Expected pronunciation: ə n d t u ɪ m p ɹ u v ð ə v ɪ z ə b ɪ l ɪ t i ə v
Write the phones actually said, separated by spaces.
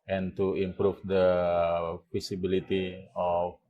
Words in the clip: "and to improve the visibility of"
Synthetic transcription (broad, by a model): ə n t u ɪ m p ɹ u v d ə p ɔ s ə b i l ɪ t i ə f